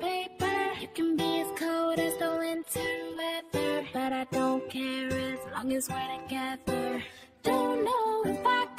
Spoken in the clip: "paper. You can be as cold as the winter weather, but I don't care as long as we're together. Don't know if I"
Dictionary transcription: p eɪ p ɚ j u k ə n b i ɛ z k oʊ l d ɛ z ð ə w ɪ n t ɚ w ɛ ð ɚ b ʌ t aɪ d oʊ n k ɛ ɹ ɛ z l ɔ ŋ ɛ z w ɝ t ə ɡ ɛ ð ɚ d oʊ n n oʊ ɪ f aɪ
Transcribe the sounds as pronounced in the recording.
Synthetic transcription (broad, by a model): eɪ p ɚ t k ə n b i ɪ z k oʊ d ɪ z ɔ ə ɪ n t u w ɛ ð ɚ b ʌ t aɪ d oʊ n k ɛ ɹ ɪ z l ɔ ŋ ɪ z w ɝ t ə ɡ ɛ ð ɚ d oʊ n n oʊ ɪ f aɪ